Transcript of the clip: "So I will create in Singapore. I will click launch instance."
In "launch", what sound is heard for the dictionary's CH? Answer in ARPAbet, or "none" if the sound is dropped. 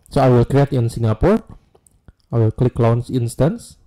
S